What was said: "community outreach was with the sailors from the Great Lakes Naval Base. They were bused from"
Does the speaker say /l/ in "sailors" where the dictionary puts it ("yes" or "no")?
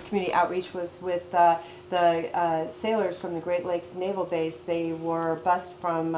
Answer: yes